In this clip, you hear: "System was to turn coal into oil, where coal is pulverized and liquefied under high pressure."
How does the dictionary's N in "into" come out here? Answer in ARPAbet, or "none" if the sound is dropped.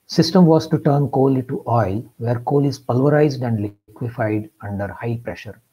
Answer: none